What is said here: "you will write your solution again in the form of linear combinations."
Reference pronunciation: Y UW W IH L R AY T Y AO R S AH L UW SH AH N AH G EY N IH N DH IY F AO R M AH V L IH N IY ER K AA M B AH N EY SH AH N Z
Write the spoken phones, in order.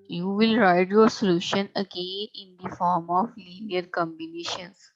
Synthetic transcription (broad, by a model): Y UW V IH L R AY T Y AO R S AH L UW SH AH N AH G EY IH N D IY F AO R M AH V L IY N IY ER K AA M B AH N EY SH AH N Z